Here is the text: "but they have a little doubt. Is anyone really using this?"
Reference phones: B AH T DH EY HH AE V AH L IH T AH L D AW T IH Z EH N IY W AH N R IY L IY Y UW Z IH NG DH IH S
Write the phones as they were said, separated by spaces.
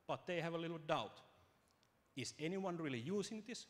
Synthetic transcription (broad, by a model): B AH T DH EY HH AE V AH L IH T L D AW T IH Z EH N IY W AH N R IY L IY Y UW S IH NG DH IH S